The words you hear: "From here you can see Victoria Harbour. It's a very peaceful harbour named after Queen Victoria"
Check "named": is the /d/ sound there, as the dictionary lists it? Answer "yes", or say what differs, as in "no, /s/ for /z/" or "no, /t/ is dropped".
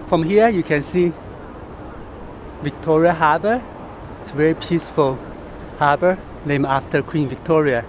no, /d/ is dropped